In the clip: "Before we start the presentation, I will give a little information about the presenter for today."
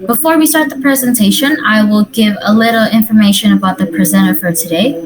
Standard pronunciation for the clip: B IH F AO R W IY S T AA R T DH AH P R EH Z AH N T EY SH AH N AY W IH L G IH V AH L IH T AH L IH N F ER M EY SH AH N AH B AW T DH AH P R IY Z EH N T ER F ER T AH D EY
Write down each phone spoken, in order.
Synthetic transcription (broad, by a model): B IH F AO R W IY S T AA R T DH AH P R EH Z AH N T EY SH AH N AY W IH L G IH V AH L IH T L IH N F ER M EY SH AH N AH B AW T DH AH P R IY Z EH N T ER F ER T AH D EY